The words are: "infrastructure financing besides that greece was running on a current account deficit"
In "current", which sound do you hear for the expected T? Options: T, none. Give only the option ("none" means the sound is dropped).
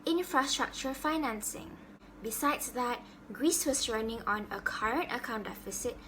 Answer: T